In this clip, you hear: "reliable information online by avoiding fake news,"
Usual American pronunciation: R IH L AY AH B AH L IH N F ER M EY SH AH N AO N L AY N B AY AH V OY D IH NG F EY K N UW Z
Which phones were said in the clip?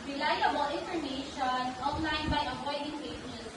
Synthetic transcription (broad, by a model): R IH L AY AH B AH L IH N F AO M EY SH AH N AO N L AY N B AY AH P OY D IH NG P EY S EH